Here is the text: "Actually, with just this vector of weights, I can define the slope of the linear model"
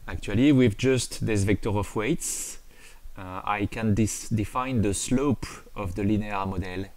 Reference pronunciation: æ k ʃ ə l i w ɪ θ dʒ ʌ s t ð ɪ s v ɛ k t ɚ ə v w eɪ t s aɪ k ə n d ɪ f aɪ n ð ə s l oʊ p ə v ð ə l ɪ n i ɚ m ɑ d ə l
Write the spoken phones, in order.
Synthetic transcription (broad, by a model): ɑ k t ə l i w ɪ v dʒ ʌ s t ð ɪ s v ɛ k t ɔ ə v w eɪ t s aɪ k ə n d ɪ f aɪ n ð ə s l oʊ p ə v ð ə l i n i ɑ m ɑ d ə l